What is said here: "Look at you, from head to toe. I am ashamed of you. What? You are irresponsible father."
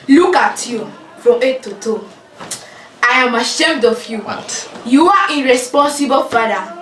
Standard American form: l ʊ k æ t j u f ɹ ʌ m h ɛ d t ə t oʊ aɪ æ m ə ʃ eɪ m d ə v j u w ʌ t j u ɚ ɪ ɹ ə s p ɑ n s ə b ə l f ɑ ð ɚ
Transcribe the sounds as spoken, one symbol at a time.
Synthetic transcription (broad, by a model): l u k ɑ t j u f ɹ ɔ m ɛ t ə t oʊ aɪ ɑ m ə ʃ eɪ m d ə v j u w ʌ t j u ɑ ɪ ɹ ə s p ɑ n s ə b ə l f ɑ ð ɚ